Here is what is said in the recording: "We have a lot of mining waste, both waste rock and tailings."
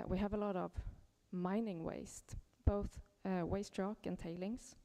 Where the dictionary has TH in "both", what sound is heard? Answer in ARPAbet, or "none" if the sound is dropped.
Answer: TH